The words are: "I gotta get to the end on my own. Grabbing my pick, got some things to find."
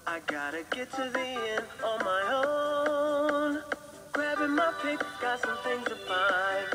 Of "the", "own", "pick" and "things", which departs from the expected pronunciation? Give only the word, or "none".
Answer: none